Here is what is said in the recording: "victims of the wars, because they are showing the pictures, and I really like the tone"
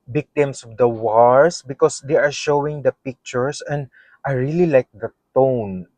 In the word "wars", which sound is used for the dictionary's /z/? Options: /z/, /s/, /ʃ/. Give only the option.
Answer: /s/